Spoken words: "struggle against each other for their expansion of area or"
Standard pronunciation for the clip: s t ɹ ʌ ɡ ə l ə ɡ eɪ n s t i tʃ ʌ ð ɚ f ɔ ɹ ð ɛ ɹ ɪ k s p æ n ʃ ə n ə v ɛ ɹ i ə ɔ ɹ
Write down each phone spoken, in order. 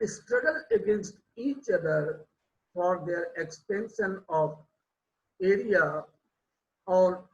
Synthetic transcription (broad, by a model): s t ɹ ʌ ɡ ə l ə ɡ eɪ n s t i tʃ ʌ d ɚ f ɔ ɹ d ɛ ɹ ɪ k s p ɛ n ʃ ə n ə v ɛ ɹ i ə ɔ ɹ